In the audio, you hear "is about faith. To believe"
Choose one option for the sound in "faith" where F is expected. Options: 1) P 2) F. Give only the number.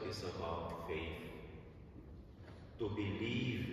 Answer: 2